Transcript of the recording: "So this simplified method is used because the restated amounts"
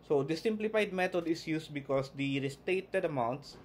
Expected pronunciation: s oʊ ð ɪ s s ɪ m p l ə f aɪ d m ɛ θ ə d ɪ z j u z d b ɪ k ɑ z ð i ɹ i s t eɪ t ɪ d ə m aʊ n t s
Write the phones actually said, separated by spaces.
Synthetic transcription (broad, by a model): s oʊ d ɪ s s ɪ m p l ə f aɪ d m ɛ t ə d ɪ s j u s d b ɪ k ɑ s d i ɹ i s t eɪ t ɪ d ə m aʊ n t s